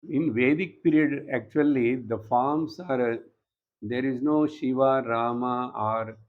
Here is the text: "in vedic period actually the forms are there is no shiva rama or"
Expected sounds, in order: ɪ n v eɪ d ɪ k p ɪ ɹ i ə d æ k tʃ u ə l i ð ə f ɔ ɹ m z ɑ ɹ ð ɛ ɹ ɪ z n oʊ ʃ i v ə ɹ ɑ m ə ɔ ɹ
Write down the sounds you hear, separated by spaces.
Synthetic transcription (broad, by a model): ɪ n v eɪ d ɪ k p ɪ ɹ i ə d æ k tʃ u ə l i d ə f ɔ ɹ m s ɑ ɹ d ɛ ɹ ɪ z n oʊ ʃ i v ə ɹ ɑ m ə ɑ ɹ